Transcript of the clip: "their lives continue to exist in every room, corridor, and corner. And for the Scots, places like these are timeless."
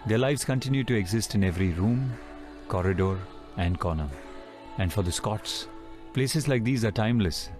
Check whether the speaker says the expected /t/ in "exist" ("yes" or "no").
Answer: yes